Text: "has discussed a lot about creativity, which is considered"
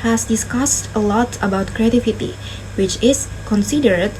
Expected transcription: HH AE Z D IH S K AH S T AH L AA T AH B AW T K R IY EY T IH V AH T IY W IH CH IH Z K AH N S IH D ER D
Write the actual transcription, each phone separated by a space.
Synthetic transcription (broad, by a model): HH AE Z D IH S K AH S T AH L AA T AH B AW T K R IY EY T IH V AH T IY W IH CH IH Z K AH N S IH D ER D